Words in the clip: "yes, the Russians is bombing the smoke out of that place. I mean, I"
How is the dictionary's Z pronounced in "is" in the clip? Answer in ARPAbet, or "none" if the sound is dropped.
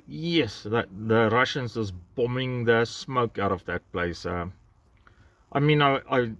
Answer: S